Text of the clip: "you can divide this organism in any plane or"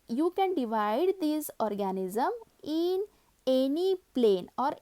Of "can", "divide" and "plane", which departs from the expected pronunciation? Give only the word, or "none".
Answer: none